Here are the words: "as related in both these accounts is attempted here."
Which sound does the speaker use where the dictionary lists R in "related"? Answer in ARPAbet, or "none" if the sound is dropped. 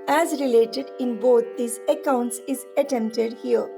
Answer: R